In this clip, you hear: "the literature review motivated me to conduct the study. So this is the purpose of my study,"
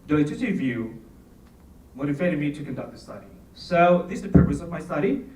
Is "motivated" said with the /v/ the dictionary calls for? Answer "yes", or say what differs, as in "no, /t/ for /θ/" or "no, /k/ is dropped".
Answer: no, /f/ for /v/